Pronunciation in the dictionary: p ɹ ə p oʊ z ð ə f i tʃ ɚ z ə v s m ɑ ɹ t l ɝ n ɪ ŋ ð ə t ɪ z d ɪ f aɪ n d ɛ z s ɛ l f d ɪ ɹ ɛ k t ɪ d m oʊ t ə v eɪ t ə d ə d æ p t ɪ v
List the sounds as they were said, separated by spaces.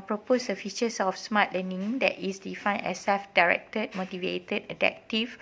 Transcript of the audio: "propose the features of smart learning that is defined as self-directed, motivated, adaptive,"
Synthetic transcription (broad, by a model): p ɹ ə p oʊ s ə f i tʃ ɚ s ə f s m ɑ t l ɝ n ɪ ŋ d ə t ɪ s d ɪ f aɪ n ɛ s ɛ f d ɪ ɹ ɛ k t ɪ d m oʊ t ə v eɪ t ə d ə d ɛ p t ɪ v